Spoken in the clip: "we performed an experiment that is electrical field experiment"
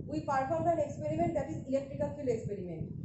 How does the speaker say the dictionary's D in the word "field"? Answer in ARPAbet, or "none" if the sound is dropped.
none